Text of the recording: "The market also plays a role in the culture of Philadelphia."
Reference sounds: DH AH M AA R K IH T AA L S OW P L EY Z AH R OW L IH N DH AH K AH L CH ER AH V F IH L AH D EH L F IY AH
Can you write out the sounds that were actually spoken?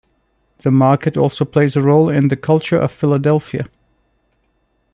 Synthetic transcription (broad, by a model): DH AH M AA R K IH T AA L S OW P L EY Z AH R OW L IH N DH AH K AH L CH ER AH V F IH L AH D EH L F IY AH